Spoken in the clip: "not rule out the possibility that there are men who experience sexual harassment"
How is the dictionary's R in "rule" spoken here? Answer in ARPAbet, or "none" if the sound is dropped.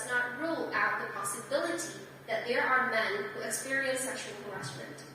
R